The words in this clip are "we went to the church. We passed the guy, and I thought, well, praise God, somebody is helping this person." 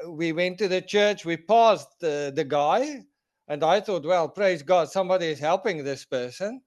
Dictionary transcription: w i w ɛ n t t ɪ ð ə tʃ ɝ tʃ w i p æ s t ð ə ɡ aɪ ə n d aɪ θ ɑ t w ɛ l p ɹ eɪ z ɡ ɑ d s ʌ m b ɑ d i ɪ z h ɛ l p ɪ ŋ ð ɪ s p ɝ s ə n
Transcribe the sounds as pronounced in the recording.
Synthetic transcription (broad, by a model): w i w ɛ n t t ɪ ð ə tʃ ɝ tʃ w i p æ s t ð ə ɡ aɪ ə n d aɪ θ ɑ t w ɛ l p ɹ eɪ z ɡ ɑ d s ʌ m b ɑ d i ɪ z h ɛ l p ɪ ŋ ð ɪ s p ɝ s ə n